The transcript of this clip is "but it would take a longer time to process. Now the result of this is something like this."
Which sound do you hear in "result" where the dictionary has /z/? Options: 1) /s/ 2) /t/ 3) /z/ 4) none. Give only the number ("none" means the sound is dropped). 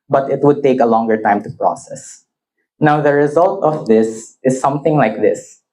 3